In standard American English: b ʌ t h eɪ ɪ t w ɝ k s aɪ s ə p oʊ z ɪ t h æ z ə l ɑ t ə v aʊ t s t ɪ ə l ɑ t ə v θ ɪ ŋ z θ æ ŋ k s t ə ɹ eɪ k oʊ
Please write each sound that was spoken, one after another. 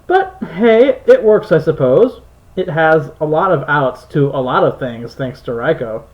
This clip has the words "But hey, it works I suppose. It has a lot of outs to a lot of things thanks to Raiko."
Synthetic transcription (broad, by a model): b ʌ t h eɪ ɪ t w ɝ k s aɪ s ə p oʊ z ɪ t h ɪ z ə l ɑ t ə v aʊ t s t ɪ ə l ɑ t ə v θ ɪ ŋ z θ æ ŋ k s t ə ɹ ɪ k oʊ